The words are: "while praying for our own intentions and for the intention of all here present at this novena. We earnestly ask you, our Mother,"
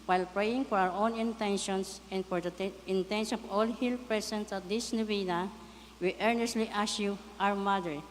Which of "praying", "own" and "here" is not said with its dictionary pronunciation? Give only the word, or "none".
here